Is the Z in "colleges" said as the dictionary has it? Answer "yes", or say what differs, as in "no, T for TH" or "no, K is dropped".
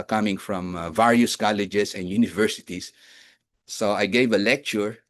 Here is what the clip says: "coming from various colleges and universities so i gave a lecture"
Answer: no, S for Z